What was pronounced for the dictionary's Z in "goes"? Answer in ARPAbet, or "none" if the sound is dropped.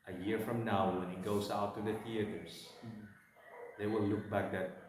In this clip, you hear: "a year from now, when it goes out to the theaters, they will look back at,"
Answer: S